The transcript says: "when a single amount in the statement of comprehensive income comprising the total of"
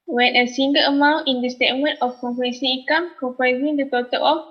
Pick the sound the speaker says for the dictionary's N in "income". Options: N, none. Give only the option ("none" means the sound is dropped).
none